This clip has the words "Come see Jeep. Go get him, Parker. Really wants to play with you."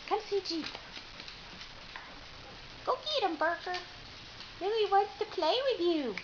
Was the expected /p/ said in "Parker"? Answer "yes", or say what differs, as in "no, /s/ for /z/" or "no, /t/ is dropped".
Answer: no, /b/ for /p/